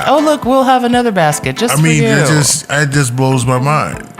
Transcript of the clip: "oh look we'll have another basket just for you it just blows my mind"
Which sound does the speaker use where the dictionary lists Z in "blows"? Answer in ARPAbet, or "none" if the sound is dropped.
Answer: Z